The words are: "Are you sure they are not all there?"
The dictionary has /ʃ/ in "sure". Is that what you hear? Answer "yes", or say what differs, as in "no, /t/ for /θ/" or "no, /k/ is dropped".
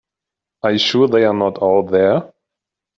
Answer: yes